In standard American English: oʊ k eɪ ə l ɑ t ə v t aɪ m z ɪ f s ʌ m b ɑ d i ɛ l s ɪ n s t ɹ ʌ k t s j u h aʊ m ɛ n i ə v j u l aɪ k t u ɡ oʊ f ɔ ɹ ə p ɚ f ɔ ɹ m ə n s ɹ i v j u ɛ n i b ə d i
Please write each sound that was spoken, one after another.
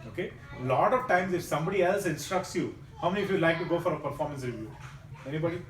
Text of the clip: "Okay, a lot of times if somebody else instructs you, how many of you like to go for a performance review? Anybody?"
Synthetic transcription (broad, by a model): oʊ k eɪ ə l ɑ t ə v t aɪ m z ɪ f s ʌ m b ɑ d i ɛ l s ɪ n s t ɹ ʌ k t s j u h aʊ m ɛ n i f j u l aɪ k t u ɡ oʊ f ɔ ɹ ə p ɚ f ɔ ɹ m ə n s ɹ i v j u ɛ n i b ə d i